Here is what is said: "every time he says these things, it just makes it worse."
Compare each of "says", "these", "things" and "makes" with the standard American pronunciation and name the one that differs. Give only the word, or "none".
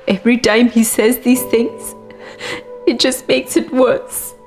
none